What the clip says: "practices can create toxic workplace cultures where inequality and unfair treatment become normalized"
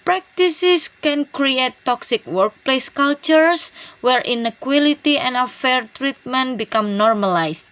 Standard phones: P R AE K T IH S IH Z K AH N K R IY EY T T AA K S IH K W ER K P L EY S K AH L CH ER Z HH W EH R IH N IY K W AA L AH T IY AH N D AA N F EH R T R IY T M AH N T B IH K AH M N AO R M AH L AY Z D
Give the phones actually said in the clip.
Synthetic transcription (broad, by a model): P R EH K T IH S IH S K AH N K R IY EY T T AA K S IH K W ER K P L EY S K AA L CH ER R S W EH R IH N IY K W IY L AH T IY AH N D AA F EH R T R IY T M AH N T B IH K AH M N AO R M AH L AY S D